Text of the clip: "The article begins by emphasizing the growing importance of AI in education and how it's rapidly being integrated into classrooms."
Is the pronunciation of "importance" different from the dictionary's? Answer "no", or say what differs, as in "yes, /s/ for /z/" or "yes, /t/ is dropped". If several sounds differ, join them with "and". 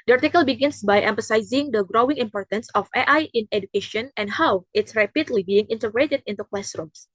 no